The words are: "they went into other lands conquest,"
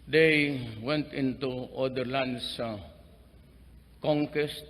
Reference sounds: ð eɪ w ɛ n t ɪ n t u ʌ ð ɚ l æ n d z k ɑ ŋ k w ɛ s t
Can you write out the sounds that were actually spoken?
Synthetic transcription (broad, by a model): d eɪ w ɛ n t ɪ n t u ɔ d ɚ l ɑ n d s k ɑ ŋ k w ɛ s t